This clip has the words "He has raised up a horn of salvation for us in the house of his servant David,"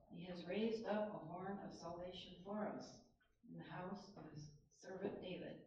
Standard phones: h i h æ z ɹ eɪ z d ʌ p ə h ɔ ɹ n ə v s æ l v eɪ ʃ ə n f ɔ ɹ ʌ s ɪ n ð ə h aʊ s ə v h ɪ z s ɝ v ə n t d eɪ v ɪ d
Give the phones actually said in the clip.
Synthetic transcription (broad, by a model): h i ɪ z ɹ eɪ z d ʌ p ə h ɔ ɹ n ə v s æ l v eɪ ʃ ə n f ɔ ɹ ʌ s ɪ n ð ə h aʊ s ə v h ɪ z s ɝ v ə n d eɪ v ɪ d